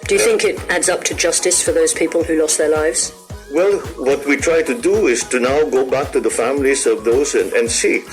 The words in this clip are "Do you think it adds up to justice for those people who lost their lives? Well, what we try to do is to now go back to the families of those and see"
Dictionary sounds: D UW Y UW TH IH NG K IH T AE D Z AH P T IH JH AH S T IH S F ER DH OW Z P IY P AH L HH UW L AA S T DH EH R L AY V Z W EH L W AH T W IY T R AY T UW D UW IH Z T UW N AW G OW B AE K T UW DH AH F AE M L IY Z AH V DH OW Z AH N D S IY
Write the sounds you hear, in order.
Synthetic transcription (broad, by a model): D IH Y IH TH IH NG K IH T AE D Z AH P T IH JH AH S T IH S F ER DH OW Z P IY P AH L HH UW L AA S DH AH R L AY V Z W EH L W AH T W IY T R AY T UW D UW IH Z T UW N AW G OW B AE K T UW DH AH F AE M L IY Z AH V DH OW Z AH N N S IY